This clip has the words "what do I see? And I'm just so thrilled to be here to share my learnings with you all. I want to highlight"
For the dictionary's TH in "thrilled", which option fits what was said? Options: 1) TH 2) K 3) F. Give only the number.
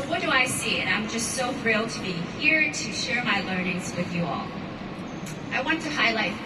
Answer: 3